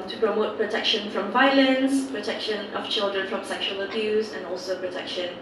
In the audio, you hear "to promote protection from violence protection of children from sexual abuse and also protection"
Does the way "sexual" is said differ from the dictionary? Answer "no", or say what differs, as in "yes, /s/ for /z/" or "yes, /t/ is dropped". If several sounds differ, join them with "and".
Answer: no